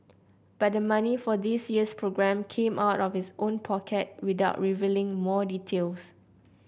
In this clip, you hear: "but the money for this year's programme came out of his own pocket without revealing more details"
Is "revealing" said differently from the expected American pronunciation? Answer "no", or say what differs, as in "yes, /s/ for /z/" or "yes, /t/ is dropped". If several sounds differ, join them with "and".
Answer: no